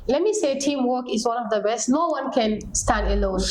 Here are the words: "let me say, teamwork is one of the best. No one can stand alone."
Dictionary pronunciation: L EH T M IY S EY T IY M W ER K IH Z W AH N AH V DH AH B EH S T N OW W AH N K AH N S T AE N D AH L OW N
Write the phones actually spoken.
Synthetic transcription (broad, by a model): L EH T M IY S EY T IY M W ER K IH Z W AH N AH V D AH B EH S T N OW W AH N K AH N S T AE N D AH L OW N